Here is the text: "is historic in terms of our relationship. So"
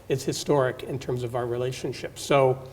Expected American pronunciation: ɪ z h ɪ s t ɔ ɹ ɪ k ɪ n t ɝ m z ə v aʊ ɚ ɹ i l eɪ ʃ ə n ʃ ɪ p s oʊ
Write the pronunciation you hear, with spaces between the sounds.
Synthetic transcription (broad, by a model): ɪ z h ɪ s t ɔ ɹ ɪ k ɪ n t ɝ m z ə v aʊ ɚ ɹ i l eɪ ʃ ə n ʃ ɪ p s oʊ